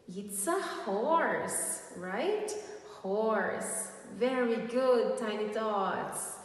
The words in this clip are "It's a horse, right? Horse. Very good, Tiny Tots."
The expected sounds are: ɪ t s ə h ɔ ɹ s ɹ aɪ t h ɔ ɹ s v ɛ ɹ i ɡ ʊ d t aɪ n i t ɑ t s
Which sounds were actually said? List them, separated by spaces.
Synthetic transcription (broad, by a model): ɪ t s ə h ɔ ɹ s ɹ aɪ t h ɔ ɹ s v ɛ ɹ i ɡ ʊ d t aɪ n i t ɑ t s